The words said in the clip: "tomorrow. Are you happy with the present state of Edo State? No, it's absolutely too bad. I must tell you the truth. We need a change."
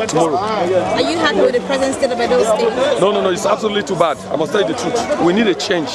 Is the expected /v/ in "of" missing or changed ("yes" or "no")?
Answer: yes